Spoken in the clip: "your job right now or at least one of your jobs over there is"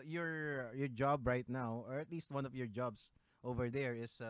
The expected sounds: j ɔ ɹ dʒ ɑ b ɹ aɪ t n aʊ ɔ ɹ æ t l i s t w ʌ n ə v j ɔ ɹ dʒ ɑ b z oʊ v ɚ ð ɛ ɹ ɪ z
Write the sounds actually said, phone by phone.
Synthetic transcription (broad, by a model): j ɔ ɹ dʒ ɑ b ɹ aɪ t n aʊ ɔ ɹ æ t l i s t w ʌ n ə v j ɔ ɹ dʒ ɑ b s oʊ v ɚ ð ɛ ɹ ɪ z